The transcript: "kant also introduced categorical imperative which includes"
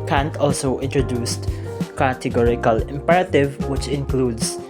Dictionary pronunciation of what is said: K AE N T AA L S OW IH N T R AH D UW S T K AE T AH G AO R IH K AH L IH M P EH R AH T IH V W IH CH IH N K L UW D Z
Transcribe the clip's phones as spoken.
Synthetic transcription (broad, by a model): K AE N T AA L S OW IH N T R AH D UW S T K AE T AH G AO R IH K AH L IH M P EH R AH T IH V W IH CH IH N K L UW D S